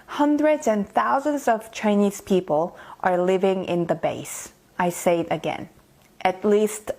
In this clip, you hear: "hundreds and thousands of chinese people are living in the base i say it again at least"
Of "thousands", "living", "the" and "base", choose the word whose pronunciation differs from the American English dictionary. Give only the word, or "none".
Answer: none